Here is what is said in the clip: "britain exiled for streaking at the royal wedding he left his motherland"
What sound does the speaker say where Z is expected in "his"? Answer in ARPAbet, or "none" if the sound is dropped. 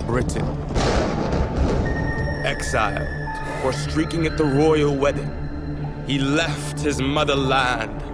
Z